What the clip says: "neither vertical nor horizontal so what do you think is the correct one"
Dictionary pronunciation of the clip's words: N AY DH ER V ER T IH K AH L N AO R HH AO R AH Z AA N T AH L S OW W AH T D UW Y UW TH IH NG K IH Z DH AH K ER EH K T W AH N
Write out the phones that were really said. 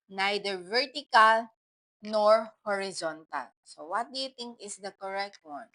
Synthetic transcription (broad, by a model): N AY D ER V ER T IH K AH L N AO R HH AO R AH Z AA N T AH L S OW W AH T D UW Y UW T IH NG K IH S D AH K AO EH K T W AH N